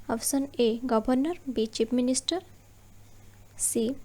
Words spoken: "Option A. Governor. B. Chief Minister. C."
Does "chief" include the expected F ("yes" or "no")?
no